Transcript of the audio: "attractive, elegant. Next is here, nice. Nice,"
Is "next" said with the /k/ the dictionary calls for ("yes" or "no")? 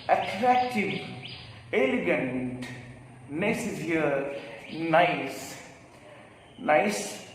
no